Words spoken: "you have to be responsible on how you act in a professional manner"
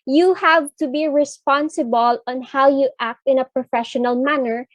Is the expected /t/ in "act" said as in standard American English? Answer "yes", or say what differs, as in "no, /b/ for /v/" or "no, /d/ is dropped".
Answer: yes